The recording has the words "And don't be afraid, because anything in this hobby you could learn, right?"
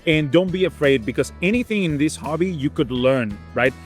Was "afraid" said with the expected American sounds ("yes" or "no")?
yes